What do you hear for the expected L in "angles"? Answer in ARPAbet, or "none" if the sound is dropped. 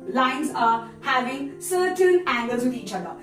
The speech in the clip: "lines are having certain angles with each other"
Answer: L